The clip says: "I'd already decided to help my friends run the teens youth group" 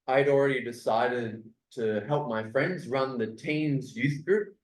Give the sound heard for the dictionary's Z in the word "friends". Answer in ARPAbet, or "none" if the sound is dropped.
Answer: Z